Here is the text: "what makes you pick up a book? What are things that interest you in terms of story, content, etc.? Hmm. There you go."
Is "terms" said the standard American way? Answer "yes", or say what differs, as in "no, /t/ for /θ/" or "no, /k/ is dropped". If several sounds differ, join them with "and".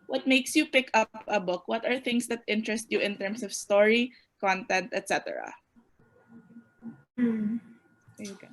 no, /s/ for /z/